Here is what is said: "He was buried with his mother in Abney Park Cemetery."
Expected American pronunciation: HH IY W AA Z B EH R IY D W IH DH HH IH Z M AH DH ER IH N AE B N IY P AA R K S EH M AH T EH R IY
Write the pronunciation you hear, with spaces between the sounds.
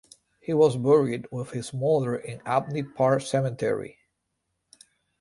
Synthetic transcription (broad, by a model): HH IY W AA Z B EH R IY D W IH DH HH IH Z M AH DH ER IH N AE B N IY P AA R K S EH M AH T EH R IY